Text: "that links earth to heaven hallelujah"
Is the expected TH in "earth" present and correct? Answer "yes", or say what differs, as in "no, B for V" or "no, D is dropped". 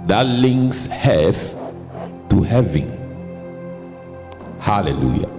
no, F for TH